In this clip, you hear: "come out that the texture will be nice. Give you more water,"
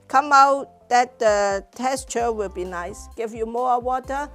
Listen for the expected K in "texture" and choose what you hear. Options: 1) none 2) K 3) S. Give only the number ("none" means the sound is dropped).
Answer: 1